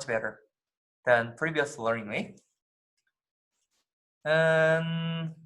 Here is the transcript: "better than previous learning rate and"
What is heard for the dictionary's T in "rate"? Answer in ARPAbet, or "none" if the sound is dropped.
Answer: none